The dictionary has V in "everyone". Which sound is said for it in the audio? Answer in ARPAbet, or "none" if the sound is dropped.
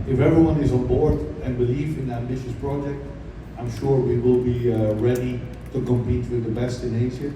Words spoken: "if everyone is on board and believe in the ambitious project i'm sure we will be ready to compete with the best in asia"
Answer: V